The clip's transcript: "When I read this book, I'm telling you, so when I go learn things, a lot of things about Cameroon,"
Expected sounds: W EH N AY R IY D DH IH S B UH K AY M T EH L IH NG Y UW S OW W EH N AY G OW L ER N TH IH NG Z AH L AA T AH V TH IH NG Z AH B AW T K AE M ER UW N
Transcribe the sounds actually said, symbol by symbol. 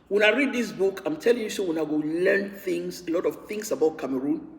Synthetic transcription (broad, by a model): W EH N AY R IY D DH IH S B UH K AY M T EH L IH NG Y UW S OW W EH N AY G OW L ER N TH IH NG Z AH L AA T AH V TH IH NG S AH B AW T K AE M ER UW N